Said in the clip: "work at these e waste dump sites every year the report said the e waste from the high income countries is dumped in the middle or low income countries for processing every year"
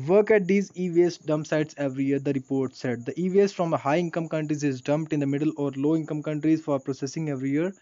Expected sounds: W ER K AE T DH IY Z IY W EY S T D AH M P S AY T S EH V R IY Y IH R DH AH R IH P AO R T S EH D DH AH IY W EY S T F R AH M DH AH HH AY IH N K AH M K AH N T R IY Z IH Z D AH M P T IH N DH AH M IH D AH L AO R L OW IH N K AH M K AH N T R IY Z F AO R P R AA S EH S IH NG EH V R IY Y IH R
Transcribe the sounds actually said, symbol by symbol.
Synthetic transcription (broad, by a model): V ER K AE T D IY Z IY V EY S D AH M P S AY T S EH V R IY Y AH R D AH R IH P AO R T S EH D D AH IY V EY S F R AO M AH HH AY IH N K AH M K AH N T R IY Z IH Z D AH M P T IH N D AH M IH D AH L AO R L OW IH N K AH M K AH N T R IY Z F AO R P R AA S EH S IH NG EH V R IY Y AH R